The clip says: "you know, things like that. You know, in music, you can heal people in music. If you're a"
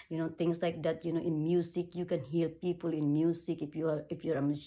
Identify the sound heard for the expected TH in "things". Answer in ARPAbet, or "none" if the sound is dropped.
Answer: T